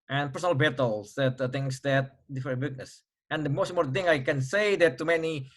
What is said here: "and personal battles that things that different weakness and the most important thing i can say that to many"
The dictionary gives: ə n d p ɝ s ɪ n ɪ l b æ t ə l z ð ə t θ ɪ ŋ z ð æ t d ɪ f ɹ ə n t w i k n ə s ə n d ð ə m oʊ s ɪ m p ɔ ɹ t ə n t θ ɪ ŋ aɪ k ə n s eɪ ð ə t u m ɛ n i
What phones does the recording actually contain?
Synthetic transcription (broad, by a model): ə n p ɝ s ɪ n ɪ l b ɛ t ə l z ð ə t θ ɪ ŋ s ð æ t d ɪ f ə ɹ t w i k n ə s ə n d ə m oʊ s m ɔ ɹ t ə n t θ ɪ ŋ aɪ k ə n s eɪ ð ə t u m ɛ n i